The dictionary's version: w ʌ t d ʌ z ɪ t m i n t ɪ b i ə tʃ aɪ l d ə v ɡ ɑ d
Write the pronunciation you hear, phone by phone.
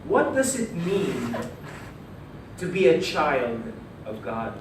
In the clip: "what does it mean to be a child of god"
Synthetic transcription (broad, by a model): w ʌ t d ʌ z ɪ t m i n t ɪ b i ə tʃ aɪ l d ə v ɡ ɑ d